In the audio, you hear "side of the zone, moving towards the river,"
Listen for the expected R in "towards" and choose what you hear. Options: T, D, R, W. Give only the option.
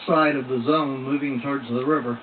R